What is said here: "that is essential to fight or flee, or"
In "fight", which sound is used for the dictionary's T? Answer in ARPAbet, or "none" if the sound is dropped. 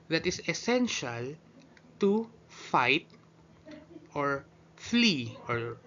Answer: T